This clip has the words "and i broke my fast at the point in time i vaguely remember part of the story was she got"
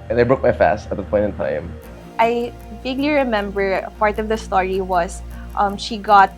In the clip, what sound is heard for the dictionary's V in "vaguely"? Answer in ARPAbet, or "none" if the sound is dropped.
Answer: B